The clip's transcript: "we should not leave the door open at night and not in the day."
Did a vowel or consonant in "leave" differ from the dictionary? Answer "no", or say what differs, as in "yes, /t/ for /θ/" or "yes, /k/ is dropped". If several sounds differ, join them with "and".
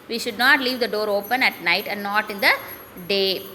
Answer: no